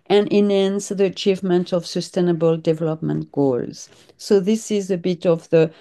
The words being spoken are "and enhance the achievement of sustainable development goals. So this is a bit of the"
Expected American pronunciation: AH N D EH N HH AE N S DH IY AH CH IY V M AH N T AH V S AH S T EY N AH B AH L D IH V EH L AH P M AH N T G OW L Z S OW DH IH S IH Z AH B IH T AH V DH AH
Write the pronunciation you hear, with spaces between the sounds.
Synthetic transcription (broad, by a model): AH N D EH N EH N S DH IY AH CH IY V M AH N T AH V S AH S T EY N AH B AH L D IH V EH L AH P M AH N T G OW L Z S OW DH IH S IH Z AH B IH T AH V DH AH